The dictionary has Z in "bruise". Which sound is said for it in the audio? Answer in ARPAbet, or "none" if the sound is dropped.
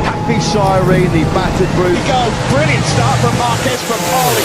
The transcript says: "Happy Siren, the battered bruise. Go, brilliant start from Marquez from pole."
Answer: none